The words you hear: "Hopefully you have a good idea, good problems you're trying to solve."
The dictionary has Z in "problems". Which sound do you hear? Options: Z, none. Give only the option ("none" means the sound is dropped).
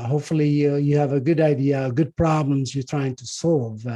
Z